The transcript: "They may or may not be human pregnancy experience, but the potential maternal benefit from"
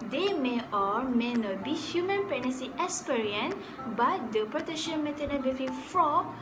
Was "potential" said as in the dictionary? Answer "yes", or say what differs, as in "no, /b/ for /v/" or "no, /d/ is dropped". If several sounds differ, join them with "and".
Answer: no, /n/ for /l/